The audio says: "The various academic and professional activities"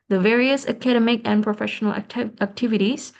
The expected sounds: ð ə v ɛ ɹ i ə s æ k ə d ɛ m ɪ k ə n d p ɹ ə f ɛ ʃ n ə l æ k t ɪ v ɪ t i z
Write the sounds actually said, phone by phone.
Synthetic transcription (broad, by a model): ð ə v ɛ ɹ i ə s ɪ k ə d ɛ m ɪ k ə n p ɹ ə f ɛ ʃ n l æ k t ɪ v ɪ t i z